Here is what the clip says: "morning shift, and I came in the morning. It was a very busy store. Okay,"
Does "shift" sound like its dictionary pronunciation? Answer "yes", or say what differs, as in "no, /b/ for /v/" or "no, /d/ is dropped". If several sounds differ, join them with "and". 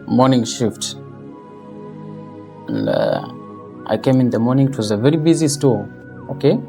yes